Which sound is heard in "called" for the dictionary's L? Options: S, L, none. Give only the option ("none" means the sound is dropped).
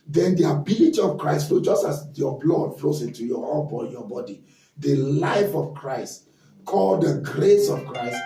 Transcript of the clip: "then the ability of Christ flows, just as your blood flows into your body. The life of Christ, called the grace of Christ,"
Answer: L